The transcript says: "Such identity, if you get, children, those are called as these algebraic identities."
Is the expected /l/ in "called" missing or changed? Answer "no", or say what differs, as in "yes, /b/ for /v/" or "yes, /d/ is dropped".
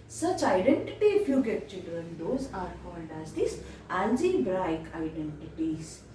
yes, /n/ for /l/